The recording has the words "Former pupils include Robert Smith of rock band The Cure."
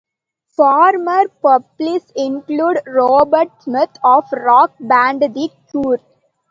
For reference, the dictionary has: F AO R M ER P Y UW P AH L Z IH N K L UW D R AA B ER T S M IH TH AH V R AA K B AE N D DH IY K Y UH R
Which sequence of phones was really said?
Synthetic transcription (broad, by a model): F AO R M ER P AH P L S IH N K L UW D R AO B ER T S M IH T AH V R AA K B AE N D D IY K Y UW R